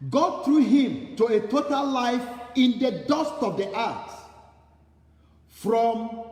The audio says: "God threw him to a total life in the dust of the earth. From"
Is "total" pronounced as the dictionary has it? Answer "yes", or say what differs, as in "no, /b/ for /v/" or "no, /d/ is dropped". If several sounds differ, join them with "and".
yes